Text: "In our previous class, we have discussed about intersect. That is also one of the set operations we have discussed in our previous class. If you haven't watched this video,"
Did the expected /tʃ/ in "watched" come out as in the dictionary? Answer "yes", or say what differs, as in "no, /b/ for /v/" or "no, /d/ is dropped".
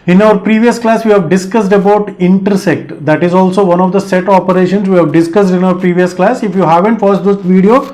no, /s/ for /tʃ/